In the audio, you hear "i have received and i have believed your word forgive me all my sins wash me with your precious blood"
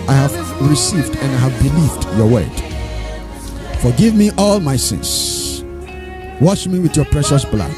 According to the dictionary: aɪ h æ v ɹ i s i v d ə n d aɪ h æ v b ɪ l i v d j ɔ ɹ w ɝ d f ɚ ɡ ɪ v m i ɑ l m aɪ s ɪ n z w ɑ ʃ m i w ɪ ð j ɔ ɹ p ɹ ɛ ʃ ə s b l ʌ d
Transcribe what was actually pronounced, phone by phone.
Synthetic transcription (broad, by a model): aɪ h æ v ɹ i s i v d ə n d aɪ h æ v b ɪ l i v d j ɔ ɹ w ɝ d f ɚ ɡ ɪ v m i ɑ l m aɪ s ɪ n s w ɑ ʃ m i w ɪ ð j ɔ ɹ p ɹ ɛ ʃ ə s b l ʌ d